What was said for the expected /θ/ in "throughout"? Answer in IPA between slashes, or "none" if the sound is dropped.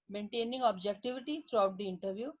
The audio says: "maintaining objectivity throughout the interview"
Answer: /t/